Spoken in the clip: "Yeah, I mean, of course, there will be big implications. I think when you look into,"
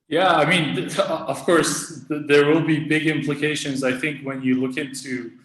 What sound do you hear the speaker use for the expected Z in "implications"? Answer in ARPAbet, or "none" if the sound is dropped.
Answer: Z